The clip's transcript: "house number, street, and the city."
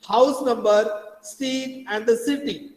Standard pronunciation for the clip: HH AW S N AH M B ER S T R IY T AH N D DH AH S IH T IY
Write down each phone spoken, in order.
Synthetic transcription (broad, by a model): HH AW S N AH M B ER S T IY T AH N D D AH S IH T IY